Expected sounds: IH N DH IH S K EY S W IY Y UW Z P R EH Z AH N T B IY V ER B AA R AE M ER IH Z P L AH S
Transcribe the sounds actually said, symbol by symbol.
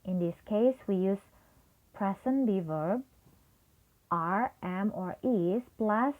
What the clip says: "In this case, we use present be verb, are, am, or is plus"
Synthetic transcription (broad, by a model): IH N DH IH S K EY S W IY Y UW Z P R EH S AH N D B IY V ER B AA R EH M ER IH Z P L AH S